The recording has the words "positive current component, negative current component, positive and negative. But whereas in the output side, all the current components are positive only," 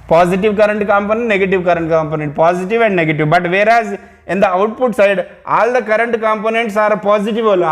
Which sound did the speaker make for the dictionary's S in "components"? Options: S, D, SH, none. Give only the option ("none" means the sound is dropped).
S